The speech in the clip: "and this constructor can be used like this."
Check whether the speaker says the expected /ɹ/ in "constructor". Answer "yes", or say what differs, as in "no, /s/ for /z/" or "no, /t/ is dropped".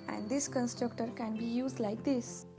yes